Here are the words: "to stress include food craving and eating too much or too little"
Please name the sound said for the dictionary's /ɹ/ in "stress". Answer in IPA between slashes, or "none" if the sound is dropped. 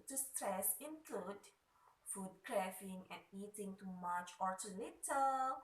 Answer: /ɹ/